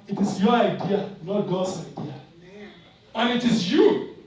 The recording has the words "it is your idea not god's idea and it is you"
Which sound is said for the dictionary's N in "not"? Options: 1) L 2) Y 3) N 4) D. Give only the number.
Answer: 1